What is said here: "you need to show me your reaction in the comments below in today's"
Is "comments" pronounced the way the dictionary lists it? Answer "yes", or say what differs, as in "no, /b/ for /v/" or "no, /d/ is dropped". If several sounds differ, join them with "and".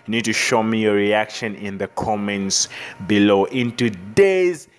yes